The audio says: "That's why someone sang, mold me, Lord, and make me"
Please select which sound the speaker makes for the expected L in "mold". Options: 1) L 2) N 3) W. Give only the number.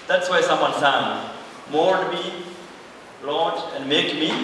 2